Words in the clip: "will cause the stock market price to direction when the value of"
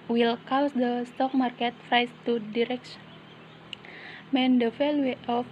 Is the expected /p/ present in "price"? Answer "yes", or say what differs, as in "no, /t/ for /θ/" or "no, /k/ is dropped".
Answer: no, /f/ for /p/